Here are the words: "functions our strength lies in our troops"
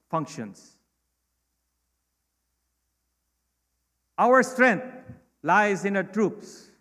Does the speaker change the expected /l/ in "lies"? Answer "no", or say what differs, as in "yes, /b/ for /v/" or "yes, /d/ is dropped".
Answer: no